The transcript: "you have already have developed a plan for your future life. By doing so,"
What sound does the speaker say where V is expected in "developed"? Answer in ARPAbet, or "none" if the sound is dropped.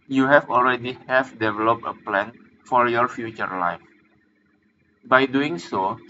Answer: V